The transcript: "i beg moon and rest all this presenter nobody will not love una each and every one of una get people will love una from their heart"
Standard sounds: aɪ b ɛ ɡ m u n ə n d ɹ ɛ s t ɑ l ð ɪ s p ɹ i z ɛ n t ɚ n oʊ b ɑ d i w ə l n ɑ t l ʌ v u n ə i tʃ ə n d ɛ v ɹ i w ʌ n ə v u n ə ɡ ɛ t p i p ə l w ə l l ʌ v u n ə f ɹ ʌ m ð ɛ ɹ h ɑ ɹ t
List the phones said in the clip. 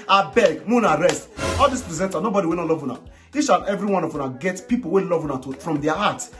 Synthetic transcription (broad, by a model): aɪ b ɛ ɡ m u n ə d ɹ ɛ s t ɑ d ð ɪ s p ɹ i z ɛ n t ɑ n oʊ b ɑ d i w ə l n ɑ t l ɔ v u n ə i ʃ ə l ɛ v ɹ i w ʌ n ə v u n ə ɡ ɛ t p i p ə l w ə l l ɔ v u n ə f ɹ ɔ m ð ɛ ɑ h ɑ t